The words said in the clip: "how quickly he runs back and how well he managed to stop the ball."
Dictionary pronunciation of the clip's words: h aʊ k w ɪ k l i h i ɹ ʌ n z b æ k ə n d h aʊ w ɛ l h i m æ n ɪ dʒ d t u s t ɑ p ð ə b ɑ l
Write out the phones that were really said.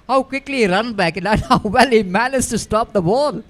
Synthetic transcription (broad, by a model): h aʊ k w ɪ k l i i ɹ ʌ n b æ k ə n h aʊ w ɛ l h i m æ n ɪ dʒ t u s t ɑ p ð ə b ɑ l